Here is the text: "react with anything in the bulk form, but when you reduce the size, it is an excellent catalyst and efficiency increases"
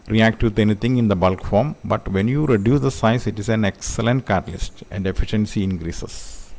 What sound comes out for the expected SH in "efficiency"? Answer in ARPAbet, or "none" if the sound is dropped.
SH